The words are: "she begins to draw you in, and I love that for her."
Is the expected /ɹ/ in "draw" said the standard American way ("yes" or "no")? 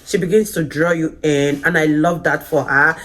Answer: yes